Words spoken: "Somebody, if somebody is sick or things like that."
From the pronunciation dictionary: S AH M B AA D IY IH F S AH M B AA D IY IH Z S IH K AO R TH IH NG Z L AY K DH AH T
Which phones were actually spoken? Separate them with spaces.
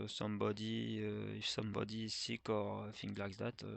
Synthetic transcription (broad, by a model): S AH M B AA D IY IH F S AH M B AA D IY S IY K AO R F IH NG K L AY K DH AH T